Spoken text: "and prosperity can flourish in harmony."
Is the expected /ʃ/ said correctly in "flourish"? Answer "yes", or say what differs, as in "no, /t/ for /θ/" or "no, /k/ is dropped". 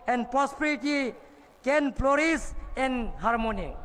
no, /s/ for /ʃ/